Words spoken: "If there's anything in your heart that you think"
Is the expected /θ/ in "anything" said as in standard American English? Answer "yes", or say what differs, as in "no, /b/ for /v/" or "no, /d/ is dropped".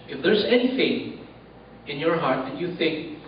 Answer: no, /f/ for /θ/